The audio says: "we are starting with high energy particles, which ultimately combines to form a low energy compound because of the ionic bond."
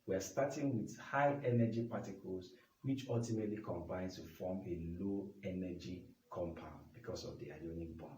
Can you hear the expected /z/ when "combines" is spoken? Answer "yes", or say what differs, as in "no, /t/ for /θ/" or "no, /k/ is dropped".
no, /z/ is dropped